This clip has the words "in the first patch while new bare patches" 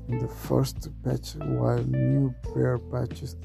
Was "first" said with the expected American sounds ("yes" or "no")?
yes